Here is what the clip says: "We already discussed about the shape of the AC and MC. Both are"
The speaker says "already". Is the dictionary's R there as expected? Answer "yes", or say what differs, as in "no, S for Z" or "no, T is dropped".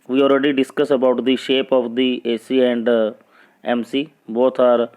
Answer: yes